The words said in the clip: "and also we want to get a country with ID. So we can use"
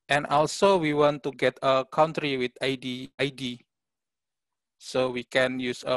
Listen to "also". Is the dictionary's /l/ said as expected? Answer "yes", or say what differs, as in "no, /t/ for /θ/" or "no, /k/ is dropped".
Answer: yes